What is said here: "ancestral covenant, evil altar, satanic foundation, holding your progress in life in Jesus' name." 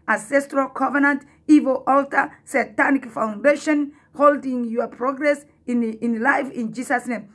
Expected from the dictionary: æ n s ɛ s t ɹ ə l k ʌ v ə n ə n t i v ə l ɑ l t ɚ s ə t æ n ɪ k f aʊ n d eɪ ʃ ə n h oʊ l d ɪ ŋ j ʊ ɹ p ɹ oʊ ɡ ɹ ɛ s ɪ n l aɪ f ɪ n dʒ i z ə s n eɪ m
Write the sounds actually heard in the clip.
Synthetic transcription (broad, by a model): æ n s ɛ s t ɹ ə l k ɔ v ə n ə n t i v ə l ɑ l t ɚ s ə t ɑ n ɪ k f aʊ n d eɪ ʃ ə n h oʊ l d ɪ ŋ j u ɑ p ɹ oʊ ɡ ɹ ɛ s ɪ n l aɪ f ɪ n dʒ i s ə s n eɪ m